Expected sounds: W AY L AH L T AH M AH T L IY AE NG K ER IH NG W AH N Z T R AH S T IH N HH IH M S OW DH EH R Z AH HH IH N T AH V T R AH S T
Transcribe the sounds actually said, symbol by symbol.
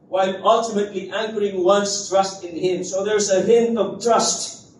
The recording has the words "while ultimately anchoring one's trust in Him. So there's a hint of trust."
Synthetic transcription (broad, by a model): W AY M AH L T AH M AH T L IY AE NG K ER IH NG W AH N S T R AH S T IH N HH IH M S OW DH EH R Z AH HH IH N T AH V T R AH S T